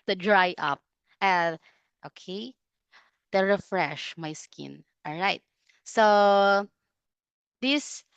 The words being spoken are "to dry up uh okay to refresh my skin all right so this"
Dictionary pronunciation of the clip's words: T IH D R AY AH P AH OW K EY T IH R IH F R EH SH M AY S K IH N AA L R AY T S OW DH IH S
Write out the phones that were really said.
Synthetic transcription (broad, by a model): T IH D R AY AH P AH OW K EY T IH R IH F R EH SH M AY S K IH N AA L R AY T S OW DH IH S